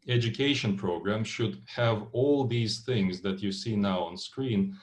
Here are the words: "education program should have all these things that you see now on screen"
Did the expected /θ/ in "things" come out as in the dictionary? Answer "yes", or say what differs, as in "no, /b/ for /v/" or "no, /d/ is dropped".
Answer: yes